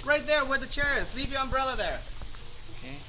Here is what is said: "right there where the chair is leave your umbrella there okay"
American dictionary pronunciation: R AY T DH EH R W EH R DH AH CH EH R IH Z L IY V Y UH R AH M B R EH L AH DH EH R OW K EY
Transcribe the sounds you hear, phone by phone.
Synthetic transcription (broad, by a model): R AY T DH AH R W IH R DH AH CH EH R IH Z L IY V Y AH R AH M B R EH L AH DH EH R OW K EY